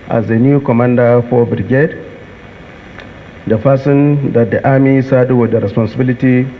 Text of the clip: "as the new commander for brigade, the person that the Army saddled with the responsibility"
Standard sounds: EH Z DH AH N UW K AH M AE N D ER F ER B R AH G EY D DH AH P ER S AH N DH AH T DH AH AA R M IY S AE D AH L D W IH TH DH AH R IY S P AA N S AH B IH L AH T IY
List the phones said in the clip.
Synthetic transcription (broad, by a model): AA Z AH N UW K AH M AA N D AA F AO B R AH G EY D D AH F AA S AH N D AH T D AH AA M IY S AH D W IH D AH R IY S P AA N S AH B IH L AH T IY